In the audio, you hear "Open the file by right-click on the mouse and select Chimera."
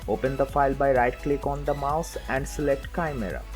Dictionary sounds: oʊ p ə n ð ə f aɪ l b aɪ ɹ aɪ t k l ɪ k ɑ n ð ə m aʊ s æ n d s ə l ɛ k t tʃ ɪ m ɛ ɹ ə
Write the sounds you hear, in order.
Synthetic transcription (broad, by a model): oʊ p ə n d ə f aɪ l b aɪ ɹ aɪ t k l ɪ k ɑ n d ə m aʊ s æ n d s ə l ɛ k t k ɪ m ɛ ɹ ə